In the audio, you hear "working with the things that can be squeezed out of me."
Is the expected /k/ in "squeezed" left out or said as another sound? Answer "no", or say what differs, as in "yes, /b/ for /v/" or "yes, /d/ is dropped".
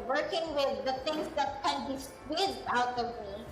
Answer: yes, /k/ is dropped